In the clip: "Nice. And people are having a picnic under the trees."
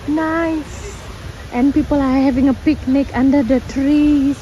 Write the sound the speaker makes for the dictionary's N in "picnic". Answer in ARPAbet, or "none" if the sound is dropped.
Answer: N